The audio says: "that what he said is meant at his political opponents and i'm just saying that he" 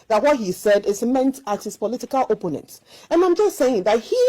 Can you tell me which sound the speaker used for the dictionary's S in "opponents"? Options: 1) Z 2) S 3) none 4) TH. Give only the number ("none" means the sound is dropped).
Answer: 3